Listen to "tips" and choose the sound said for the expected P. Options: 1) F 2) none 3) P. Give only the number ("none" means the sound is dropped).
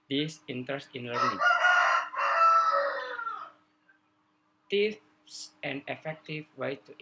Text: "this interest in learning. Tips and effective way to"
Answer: 1